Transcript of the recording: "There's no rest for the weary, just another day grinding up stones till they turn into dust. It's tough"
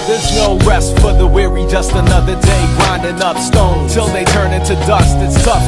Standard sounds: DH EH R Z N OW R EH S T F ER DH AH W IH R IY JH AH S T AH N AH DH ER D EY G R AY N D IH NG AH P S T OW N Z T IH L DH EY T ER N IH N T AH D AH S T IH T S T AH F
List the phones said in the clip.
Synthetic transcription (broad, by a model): DH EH R Z N OW R EH S T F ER DH AH W IH R IY JH AH S T AH N AH DH ER D EY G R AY N D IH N AH P S T OW N T IH L DH EY T ER N IH N T AH D AH S T IH T S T AH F